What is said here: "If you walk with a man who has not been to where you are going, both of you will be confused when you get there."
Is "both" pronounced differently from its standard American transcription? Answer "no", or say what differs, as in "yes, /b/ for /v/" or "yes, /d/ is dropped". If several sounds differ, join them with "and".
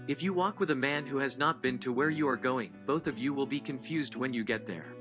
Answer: no